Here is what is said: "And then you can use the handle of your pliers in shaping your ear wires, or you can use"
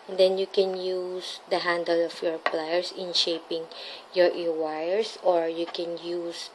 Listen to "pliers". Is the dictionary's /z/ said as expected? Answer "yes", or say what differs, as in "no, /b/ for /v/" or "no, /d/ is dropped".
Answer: no, /s/ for /z/